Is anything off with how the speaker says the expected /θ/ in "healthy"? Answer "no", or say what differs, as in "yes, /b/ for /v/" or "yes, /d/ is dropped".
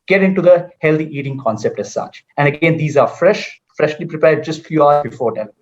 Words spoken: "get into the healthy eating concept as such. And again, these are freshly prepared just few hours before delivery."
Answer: yes, /t/ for /θ/